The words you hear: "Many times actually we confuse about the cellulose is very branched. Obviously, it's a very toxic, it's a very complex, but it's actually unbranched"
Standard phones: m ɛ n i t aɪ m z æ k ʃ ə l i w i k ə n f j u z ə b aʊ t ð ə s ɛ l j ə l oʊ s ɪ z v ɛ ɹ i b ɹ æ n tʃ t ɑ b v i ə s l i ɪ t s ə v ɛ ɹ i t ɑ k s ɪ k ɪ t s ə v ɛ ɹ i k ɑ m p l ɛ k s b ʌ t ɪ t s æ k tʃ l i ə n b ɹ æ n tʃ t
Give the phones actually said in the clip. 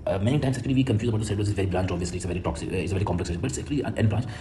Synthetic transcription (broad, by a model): m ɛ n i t aɪ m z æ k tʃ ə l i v i k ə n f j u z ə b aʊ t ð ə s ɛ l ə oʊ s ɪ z v ɛ ɹ i b l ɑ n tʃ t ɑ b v i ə s l i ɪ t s ə v ɛ ɹ i t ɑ k s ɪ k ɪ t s ə v ɛ ɹ i k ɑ m p l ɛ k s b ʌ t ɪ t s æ k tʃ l i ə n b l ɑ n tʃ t